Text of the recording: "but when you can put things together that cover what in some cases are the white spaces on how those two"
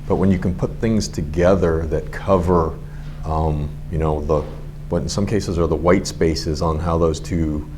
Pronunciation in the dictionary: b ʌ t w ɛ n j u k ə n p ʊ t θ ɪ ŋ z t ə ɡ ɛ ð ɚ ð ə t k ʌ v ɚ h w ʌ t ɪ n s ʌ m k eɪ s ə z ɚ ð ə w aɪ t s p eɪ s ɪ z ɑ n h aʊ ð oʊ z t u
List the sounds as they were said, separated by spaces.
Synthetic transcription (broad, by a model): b ʌ t w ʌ n j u k ə n p ʊ t θ ɪ ŋ z t ə ɡ ɛ ð ɚ ð ə t k ʌ v ɚ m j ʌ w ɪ n s ʌ m k eɪ s ə z ɚ ð ə w aɪ t s p eɪ s ɪ z n h aʊ ð oʊ z t u